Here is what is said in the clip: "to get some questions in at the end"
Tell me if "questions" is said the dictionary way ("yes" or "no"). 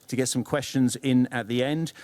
yes